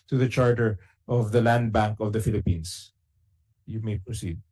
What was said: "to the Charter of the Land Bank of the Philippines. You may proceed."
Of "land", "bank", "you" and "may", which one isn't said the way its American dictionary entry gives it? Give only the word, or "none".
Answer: none